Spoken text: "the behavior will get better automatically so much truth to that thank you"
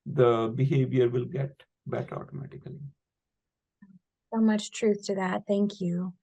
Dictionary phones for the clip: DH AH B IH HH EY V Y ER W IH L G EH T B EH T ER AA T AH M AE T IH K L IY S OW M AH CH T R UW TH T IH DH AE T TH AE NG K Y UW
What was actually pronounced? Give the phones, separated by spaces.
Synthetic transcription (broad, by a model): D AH B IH HH EY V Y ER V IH L G EH T B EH T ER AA T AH M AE T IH K L IY S OW M AH CH T R UW TH T IH DH AE T TH AE NG K Y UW